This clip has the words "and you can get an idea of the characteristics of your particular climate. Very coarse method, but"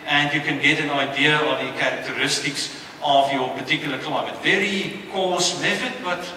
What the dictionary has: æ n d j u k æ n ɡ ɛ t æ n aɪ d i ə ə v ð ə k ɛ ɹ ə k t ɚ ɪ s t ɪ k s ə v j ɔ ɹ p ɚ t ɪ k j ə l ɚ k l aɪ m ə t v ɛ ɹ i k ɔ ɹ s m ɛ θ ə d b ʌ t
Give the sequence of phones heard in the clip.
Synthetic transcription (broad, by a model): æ n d j u k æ n ɡ ɛ t æ n aɪ d i ə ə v ð ə k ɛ ɹ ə k t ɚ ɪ s t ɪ k s ə v j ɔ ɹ p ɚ t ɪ k j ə l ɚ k l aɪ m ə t v ɛ ɹ i k ɔ s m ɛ f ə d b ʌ t